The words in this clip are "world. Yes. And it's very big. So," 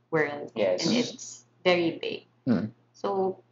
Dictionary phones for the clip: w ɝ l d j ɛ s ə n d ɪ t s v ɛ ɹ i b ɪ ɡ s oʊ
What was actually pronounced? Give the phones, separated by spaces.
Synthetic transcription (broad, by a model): w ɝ l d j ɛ ə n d ɪ t s v ɛ ɹ i b ɪ ɡ s oʊ